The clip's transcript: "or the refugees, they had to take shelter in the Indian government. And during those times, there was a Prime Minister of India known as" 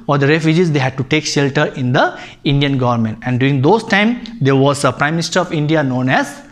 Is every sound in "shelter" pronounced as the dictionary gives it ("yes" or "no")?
yes